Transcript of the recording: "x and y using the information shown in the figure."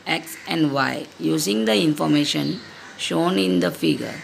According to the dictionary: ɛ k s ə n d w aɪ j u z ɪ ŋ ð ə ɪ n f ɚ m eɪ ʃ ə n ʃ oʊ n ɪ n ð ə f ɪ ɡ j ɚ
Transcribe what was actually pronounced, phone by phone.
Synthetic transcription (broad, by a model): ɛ k s ə n d w aɪ j u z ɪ ŋ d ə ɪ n f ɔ m eɪ ʃ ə n ʃ oʊ n ɪ n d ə f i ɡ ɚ